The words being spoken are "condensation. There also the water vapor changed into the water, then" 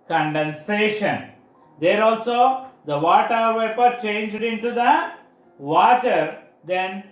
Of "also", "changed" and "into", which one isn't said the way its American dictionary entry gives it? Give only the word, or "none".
none